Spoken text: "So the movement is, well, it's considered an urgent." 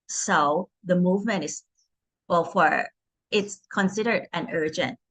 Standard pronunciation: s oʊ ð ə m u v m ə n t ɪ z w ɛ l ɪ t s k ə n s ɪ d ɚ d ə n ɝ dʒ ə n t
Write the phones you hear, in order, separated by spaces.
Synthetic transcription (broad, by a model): s oʊ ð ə m u v m ə n t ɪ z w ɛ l ɪ t s k ə n s ɪ d ɚ d ə n ɝ dʒ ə n t